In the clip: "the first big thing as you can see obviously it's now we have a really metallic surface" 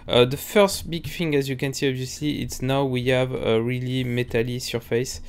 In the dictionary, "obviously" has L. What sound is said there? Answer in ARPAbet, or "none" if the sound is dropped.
L